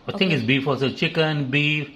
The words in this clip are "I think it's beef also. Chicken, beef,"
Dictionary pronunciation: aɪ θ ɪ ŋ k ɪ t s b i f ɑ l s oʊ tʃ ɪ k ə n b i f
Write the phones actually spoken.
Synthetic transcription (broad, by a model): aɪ t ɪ ŋ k ɪ t s b i f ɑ s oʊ tʃ ɪ k ə n b i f